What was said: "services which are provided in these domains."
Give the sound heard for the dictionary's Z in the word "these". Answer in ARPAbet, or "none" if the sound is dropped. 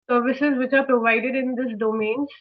S